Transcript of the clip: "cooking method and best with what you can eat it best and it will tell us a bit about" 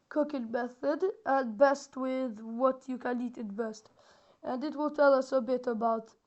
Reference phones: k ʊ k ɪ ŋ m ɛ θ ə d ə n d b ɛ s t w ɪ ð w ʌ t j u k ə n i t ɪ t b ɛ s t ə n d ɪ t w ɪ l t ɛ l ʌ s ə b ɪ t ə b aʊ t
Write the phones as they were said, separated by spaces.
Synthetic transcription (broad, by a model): k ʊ k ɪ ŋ m ɛ θ ə d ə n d b ɛ s t w ɪ ð w ʌ t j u k ə n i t ɪ t b ɛ s t ə n d ɪ t w ɪ l t ɛ l ʌ s ə b ɪ t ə b aʊ t